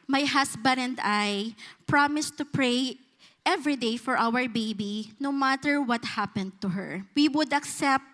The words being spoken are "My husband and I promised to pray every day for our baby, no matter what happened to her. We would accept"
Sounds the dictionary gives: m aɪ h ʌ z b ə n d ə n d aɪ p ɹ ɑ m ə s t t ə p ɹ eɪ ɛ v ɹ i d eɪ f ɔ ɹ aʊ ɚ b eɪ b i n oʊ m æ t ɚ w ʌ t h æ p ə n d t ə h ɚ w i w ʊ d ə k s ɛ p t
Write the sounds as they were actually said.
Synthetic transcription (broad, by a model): m aɪ h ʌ s b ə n ə n d aɪ p ɹ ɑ m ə s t t ə p ɹ eɪ ɛ v ɹ i d eɪ f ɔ ɹ aʊ ɚ b eɪ b i n oʊ m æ t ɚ w ʌ t h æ p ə n d t ə h ɚ w i w ʊ d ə k s ɛ p t